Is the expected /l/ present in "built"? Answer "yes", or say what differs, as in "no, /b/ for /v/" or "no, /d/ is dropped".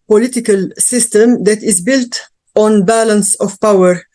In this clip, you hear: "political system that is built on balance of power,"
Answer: yes